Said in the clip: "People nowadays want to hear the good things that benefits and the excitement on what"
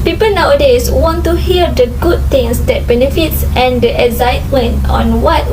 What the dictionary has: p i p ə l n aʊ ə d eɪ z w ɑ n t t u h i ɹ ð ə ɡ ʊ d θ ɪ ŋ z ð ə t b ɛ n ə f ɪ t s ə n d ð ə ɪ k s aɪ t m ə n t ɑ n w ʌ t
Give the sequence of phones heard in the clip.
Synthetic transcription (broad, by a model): p i p ə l n aʊ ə d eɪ s w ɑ n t t u h i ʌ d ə ɡ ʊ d t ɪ ŋ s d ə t b ɛ n ə f ɪ t s ə n d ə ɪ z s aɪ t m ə n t ɑ n w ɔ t